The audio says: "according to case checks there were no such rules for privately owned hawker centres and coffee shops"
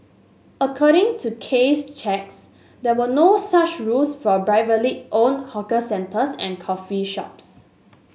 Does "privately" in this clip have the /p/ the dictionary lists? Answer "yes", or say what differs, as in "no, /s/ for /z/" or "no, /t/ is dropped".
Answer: no, /b/ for /p/